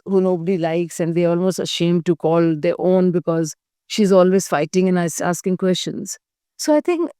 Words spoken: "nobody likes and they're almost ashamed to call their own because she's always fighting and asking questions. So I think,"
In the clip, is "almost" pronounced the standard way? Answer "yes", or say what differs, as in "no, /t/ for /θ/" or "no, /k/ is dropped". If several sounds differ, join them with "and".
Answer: yes